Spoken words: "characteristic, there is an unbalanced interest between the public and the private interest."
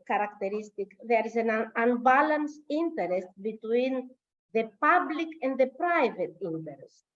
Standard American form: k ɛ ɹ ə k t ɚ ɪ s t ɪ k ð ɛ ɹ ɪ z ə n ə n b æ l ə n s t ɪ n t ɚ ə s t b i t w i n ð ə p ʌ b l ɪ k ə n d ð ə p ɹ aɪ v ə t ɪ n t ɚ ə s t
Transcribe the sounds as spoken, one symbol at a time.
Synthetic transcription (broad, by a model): k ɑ ɹ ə k t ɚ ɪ s t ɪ k ð ɛ ɹ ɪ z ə n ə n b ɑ l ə n s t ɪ n t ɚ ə s t b i t w i n ð ə p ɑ b l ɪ k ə n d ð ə p ɹ aɪ v ə t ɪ n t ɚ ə s t